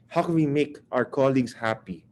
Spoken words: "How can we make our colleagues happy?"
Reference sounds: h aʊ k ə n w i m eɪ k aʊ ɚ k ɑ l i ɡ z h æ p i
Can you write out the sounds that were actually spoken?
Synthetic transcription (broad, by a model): h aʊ k ə n w i m eɪ k aʊ ɚ k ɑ l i ɡ s h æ p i